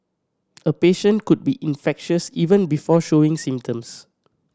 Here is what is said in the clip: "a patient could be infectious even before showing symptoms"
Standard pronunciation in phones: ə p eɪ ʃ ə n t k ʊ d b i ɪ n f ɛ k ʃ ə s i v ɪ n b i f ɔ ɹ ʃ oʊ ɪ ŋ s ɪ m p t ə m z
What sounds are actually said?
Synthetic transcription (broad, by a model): ə p eɪ ʃ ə n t k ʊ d b i ɪ n f ɛ k ʃ ə s i v ɪ n b i f ɔ ʃ oʊ ɪ ŋ s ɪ m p t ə m s